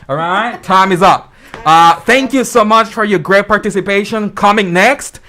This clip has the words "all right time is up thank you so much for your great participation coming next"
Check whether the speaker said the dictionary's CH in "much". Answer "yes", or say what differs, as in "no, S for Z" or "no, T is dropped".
yes